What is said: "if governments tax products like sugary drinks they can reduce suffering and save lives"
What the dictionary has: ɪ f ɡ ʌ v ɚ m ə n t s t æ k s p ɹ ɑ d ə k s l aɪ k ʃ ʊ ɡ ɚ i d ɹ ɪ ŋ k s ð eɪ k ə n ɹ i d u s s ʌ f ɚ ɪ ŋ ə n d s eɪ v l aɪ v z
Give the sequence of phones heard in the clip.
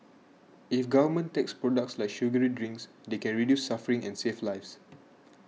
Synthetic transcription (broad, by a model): ɪ f ɡ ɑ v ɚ m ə n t t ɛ k s p ɹ ɑ d ə k s l aɪ k ʃ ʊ ɡ ɚ i d ɹ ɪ ŋ k s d eɪ k ə n ɹ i d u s s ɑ f ɚ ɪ ŋ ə n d s eɪ f l aɪ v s